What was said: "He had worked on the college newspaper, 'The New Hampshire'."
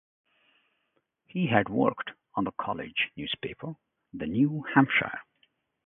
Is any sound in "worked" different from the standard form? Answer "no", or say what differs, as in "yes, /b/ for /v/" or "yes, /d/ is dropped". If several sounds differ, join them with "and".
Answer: no